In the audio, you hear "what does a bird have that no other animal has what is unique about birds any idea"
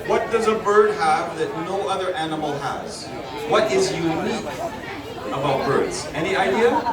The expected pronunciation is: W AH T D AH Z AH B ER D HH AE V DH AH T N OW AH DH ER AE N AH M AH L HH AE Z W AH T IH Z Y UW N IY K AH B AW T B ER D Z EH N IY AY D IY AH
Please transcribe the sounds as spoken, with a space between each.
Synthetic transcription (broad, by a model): W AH T D AH Z AH B ER D HH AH V DH AH T N OW AH DH ER AE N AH M L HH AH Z W AH T IH Z Y UW N IY K AH B AW T B ER D Z EH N IY AY D IY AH